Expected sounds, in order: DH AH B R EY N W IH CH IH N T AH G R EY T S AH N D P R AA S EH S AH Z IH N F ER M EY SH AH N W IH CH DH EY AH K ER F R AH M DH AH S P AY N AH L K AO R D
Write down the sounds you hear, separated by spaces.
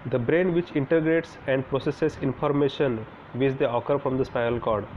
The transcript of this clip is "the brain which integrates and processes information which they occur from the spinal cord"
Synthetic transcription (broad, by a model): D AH B R EY N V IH CH IH N T AH G R EY T S AH N D P R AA S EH S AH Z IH N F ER M EY SH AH N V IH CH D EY AH K ER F R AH M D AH S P AY AH L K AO R D